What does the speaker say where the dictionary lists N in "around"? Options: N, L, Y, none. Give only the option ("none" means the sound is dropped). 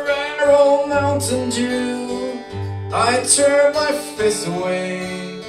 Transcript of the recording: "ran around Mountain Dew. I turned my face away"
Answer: L